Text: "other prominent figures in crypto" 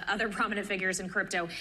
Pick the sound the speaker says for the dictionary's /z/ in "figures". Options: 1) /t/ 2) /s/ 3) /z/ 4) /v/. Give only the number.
3